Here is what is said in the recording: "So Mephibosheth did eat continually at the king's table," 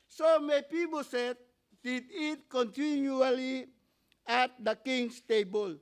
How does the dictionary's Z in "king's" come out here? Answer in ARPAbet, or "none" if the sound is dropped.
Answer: S